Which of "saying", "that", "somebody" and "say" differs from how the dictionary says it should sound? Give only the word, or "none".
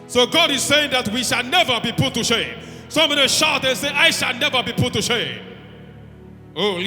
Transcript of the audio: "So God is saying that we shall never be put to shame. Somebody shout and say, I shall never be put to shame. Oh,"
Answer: somebody